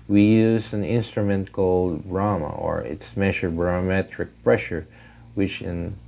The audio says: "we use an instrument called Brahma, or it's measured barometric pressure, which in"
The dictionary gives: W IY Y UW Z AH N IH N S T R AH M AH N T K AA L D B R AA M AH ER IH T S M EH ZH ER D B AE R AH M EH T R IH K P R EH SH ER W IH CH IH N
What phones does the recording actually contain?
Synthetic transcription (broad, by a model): W IY Y UW Z AH N IH N S T R AH M AH N T K AA L D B R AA M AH ER IH T S M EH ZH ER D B R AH M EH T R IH K P R EH SH ER W IH CH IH N